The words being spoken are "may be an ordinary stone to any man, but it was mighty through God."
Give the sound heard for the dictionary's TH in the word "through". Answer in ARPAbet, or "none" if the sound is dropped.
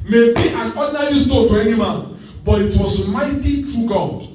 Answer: F